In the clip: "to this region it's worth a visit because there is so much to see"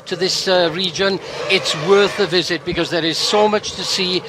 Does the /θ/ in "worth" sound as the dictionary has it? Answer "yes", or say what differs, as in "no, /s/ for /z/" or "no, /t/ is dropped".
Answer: yes